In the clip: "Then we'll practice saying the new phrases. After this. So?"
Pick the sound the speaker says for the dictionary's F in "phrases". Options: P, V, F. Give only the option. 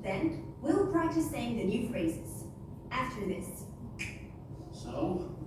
F